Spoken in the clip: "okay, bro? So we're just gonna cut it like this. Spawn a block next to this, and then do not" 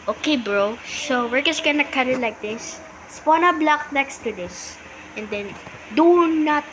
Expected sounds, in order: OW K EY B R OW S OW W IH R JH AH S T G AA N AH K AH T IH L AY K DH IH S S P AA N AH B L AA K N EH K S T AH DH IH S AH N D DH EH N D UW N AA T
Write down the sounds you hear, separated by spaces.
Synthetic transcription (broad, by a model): OW K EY B R OW S OW W IH R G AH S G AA N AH K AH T IH L AY K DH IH S S P AA N AH B L AA K N EH K S T AH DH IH S AH N D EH N D UW N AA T